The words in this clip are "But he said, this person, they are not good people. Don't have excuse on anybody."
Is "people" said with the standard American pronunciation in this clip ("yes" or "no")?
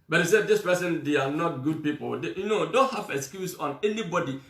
no